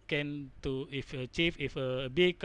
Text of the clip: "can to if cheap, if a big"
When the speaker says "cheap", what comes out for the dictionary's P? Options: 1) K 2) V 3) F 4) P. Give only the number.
3